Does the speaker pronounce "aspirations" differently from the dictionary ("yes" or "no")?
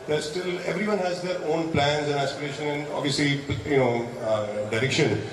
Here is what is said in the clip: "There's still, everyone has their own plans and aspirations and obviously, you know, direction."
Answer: yes